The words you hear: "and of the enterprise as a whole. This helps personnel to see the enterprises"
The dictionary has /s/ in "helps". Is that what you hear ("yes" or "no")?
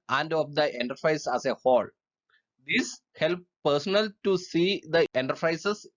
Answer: no